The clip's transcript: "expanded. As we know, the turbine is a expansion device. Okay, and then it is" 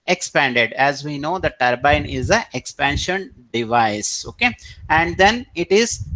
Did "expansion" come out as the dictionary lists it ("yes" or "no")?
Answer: yes